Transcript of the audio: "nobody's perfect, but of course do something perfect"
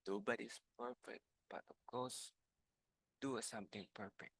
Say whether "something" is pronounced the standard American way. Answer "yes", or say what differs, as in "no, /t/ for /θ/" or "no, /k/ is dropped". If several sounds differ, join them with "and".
no, /t/ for /θ/